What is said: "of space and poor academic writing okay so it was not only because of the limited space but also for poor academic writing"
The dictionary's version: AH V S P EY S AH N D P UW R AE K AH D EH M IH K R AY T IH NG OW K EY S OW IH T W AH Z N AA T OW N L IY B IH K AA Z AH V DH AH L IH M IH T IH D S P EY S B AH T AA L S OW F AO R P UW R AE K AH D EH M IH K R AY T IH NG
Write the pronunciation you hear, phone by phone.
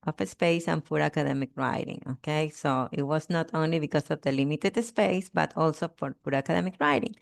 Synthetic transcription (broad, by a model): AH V S P EY S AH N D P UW R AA K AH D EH M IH K R AY T IH NG OW K EY S OW IH T W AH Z N AA T OW N L IY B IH K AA S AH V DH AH L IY M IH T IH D S P EY S B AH T AA L S OW F AO R P UW R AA K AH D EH M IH K R AY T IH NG